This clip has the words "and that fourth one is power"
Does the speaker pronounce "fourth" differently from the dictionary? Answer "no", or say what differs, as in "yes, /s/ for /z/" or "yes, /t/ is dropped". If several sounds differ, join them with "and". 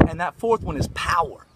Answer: no